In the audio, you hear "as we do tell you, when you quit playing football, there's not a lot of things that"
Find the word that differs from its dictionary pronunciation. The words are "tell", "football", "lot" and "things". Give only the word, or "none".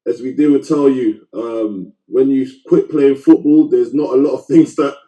none